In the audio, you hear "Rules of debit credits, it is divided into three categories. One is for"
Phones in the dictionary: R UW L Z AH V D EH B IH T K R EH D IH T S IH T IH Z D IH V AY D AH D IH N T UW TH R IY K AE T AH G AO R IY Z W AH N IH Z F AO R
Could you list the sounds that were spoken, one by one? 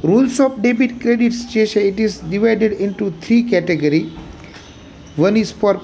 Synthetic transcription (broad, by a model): R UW L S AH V D EH B IH T K R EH D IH T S IH T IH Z D IH V AY D AH D IH N T UW T R IY K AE T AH G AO R IY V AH N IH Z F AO R